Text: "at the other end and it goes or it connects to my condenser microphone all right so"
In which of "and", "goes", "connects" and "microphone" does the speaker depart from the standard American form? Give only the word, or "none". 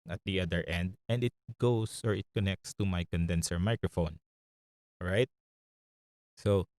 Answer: goes